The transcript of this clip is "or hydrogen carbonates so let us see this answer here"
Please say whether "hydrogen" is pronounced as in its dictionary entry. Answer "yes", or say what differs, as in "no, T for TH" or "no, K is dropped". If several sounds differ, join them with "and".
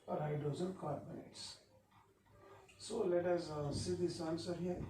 no, Z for JH